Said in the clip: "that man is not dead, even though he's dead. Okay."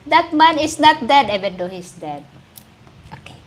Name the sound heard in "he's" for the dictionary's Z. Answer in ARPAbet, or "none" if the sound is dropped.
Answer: S